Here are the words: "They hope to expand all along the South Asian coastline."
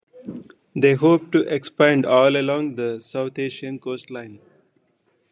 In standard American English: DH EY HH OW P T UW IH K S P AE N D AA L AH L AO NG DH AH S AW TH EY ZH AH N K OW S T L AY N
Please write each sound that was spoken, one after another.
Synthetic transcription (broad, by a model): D EY HH OW P T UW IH K S P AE N D AA L AH L AO NG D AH S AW T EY SH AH N K OW S T L AY N